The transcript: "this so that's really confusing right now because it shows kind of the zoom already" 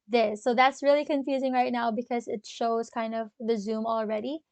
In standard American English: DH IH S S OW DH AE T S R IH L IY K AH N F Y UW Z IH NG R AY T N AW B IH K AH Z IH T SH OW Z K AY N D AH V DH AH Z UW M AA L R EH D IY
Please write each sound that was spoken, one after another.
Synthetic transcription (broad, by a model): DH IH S S OW DH AE T S R IH L IY K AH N F Y UW Z IH NG R AY T N AW B IH K AH Z IH T SH OW Z K AY N D AH V DH AH Z UW M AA L R EH D IY